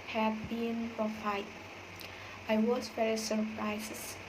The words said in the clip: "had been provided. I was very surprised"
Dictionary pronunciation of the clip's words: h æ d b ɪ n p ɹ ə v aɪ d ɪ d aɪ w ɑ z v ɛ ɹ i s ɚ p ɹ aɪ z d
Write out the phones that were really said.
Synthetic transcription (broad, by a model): h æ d b ɪ n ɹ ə f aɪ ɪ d aɪ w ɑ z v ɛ ɹ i s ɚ p ɹ aɪ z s